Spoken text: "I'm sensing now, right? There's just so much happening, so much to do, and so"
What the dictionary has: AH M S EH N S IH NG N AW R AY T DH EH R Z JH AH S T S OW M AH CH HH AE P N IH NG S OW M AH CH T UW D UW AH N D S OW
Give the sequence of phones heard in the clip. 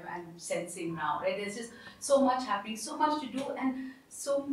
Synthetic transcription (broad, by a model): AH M S EH N S IH NG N AW R AY T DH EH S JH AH S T S OW M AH CH HH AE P IH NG S OW M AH CH T UW D UW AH N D S OW